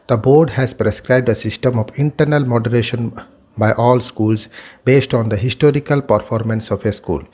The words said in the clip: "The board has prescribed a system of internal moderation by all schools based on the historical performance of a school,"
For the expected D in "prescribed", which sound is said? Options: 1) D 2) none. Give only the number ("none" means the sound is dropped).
1